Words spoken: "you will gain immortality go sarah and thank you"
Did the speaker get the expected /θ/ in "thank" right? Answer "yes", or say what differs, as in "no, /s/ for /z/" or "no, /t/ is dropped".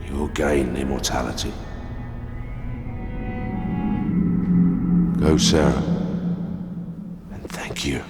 yes